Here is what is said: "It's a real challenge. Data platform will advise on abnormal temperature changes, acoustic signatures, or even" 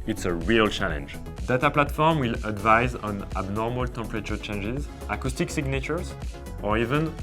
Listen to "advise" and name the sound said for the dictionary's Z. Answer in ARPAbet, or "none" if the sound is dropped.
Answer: Z